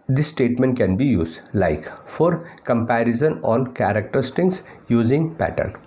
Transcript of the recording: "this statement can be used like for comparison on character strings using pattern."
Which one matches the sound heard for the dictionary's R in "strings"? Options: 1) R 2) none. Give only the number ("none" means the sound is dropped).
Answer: 2